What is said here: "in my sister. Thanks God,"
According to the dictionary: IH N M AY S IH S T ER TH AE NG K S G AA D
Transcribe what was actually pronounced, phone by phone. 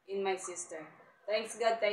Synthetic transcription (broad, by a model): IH N M AY S IH S T ER T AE NG K S G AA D